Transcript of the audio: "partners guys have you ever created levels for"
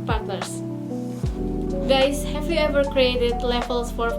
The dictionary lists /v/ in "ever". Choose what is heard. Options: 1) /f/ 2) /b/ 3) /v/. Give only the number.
3